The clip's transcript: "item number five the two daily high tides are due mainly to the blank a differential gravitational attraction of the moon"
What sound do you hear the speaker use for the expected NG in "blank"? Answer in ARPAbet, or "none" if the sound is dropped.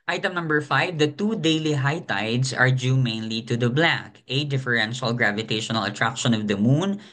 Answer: none